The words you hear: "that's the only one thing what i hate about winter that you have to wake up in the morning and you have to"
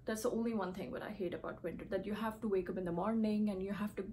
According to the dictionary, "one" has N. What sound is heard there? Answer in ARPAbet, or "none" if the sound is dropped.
N